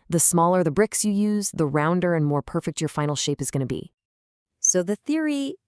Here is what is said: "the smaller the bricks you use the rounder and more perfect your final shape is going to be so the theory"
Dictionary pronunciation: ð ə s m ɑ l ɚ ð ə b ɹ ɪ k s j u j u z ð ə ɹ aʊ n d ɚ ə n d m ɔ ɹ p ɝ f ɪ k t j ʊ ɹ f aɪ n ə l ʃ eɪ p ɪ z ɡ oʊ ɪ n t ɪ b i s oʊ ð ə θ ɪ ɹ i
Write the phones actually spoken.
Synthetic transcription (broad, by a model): ð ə s m ɑ l ɚ ð ə b ɹ ɪ k s j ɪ j u z ð ə ɹ aʊ n d ɚ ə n m ɔ ɹ p ɝ f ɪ k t j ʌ ɹ f aɪ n l ʃ eɪ p ɪ z ɡ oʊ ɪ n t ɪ b i s oʊ ð ə θ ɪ ɹ i